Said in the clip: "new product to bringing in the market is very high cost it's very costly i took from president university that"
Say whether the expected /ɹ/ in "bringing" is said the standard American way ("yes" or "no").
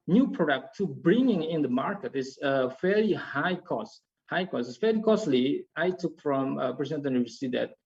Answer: yes